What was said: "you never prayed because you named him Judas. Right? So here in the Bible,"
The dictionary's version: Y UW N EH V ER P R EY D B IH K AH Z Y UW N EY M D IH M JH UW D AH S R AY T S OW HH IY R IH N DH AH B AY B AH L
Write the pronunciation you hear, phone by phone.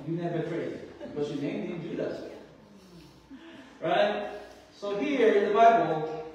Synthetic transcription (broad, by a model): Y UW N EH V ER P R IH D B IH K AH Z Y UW N EY M D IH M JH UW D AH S R AY T S OW HH IY R IH N DH AH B AY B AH L